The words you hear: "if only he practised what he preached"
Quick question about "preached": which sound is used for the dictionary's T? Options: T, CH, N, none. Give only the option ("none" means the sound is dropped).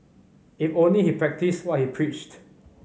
T